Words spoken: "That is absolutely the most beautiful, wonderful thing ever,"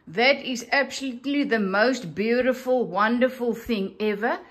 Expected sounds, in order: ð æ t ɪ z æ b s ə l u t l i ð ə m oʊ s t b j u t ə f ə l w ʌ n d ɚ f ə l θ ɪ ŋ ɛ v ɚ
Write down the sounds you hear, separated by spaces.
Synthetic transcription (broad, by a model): ð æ t ɪ z æ b s ə l u t l i ð ə m oʊ s t b j u t ə f ə l w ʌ n d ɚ f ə l θ ɪ ŋ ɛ v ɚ